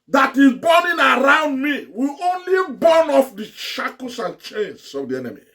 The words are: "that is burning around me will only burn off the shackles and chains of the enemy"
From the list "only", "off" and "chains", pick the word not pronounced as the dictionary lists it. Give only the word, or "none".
chains